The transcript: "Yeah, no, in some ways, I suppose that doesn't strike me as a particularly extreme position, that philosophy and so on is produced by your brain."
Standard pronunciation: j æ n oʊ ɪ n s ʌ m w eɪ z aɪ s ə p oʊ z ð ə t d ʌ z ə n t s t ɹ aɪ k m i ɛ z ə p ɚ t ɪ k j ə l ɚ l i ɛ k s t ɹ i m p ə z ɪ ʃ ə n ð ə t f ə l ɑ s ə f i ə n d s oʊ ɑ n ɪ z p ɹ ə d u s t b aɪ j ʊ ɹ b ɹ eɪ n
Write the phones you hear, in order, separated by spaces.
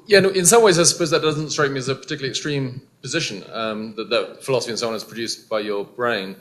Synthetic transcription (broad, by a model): j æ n ɪ n s ʌ m w eɪ z aɪ s ə p oʊ z ð ə t d ʌ z ə n t s t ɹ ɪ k m i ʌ z ə p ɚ t ɪ k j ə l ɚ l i ɛ k s t ɹ i m p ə z ɪ ʃ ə n ð ə t f ə l ɑ s ə f i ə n s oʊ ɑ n ɪ z p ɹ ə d u s b aɪ j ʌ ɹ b ɹ eɪ n